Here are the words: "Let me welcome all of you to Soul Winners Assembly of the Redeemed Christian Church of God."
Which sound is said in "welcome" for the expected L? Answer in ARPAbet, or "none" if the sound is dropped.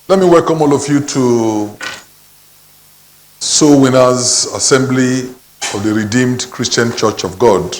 L